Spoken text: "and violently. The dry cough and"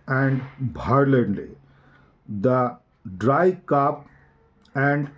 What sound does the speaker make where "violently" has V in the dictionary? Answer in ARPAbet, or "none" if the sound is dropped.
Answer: B